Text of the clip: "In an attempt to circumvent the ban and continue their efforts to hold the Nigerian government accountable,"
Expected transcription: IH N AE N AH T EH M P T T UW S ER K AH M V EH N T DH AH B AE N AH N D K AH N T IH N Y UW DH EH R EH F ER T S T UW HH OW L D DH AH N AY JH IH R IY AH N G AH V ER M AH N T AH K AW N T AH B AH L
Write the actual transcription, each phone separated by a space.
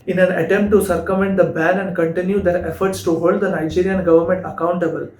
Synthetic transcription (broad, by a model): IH N AE N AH T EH M P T T UW S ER K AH M EH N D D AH B AE N AH N D K AH N T IH N Y UW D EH R EH F ER T S T UW HH OW L D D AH N AY JH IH R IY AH N G AH V ER M AH N T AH K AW N T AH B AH L